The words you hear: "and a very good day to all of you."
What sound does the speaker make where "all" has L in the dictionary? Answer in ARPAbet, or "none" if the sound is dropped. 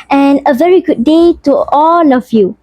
L